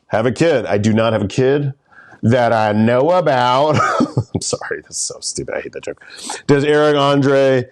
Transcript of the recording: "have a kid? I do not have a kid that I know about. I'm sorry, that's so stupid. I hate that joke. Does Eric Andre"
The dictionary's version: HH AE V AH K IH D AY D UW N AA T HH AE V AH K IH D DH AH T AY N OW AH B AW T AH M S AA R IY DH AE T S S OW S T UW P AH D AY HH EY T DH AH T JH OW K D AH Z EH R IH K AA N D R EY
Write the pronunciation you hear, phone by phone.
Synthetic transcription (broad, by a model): HH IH V AH K IH D AY D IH N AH T HH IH V AH K IH D DH AH T AY N OW AH B AW T AH M S AA R IY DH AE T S S OW S T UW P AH IH HH EY T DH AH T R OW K D AH Z EH R IH K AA N D R EY